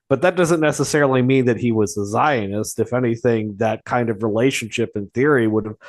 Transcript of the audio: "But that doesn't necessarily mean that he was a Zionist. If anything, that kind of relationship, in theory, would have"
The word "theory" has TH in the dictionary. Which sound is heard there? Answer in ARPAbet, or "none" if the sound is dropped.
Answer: TH